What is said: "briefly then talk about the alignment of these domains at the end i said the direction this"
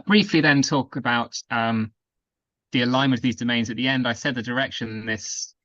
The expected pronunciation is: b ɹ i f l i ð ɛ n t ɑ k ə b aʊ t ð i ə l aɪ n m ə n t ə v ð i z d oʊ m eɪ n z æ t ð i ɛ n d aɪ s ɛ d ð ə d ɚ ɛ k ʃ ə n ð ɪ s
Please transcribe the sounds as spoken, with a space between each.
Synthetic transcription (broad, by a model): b ɹ i f l i ð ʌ n t ɑ k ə b aʊ t ð i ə l aɪ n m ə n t ə v ð i z d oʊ m eɪ n z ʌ t ð i ɛ n d aɪ s ɛ d ð ə d ɚ ɛ k ʃ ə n ð ɪ s